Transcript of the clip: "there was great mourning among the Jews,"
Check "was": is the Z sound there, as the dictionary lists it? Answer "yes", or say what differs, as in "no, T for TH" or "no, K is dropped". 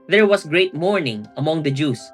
no, S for Z